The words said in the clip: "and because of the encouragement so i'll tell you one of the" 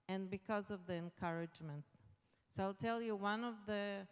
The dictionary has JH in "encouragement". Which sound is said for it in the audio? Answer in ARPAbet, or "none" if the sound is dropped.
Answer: JH